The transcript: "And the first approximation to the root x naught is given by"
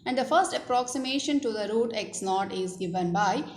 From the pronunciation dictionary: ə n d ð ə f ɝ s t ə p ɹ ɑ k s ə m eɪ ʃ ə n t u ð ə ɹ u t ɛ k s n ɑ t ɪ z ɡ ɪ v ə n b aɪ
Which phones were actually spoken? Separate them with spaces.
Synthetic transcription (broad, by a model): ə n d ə f ɝ s t ə p ɹ ɑ k s ə m eɪ ʃ ə n t u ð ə ɹ u t ɛ k s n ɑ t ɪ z ɡ ɪ v ə n b aɪ